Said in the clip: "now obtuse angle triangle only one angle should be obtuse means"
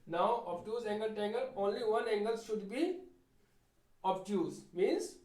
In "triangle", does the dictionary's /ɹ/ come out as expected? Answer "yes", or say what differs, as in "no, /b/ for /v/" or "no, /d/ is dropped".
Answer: no, /ɹ/ is dropped